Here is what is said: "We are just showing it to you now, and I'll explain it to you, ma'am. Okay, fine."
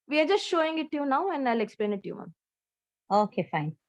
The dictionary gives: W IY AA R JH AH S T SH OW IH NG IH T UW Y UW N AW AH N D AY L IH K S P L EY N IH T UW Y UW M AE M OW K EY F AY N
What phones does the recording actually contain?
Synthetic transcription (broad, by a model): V IY AA R JH AH S T SH OW IH NG IH T UW Y UW N AW AH N D AY L IH K S P L EY N IH T UW Y UW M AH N OW K EY F AY N